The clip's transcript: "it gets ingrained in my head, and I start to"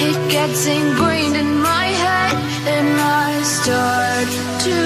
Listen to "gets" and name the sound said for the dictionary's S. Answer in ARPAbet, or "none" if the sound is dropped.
S